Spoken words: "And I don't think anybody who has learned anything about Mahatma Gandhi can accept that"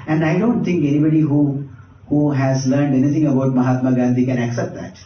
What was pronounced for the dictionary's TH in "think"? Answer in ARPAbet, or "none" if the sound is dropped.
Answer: T